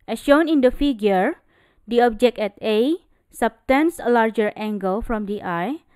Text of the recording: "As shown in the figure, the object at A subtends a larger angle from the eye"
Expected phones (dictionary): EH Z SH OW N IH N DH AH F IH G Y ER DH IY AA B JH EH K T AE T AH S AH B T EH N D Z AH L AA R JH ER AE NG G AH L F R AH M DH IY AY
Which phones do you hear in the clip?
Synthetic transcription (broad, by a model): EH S SH OW N IH N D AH F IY G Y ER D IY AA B JH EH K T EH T AH S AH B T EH N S AH L AA R JH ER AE NG G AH L F R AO M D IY AY